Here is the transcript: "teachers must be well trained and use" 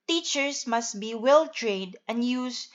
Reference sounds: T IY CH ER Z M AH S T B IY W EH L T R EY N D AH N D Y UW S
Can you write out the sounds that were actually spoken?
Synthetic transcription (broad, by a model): T IY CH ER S M AH S T B IY W EH L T R EY D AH N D Y UW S